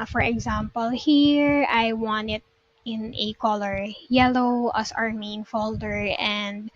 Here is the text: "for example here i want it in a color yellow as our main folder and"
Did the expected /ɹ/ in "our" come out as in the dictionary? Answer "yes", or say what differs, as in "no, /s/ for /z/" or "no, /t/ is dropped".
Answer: yes